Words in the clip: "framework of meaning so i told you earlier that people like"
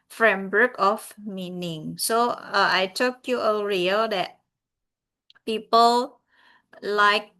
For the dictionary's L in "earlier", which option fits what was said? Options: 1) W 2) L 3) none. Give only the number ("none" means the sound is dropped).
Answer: 3